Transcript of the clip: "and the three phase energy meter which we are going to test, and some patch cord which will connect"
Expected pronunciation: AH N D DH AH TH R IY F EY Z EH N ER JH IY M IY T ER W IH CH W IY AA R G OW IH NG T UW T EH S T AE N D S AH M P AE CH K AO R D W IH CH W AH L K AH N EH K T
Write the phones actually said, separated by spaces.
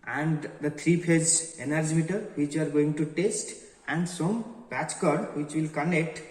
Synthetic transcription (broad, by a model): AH N D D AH T R IY P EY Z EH N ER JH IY M IY T ER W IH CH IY AA R G OW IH NG T UW T EH S T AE N D S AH M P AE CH K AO R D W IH CH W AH L K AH N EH K T